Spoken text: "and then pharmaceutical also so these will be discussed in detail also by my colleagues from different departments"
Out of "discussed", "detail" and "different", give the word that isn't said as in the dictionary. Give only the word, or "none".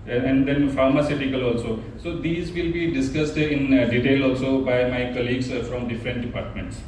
none